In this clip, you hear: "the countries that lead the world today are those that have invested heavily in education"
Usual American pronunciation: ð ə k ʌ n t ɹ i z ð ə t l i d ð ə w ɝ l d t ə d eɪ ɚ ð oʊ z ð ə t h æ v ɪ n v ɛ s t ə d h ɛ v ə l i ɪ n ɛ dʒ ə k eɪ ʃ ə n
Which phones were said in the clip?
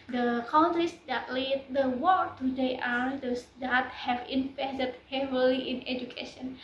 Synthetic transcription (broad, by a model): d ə k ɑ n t i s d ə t l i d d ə w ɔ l t ə d eɪ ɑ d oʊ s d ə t h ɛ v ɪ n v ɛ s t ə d h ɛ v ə l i ɪ n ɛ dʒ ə k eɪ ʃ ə n